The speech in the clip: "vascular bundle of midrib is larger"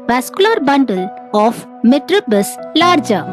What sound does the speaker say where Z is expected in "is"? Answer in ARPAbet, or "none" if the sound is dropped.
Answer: S